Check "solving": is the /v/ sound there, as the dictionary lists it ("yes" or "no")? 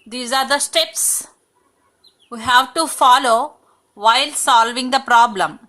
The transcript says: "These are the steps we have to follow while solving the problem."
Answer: yes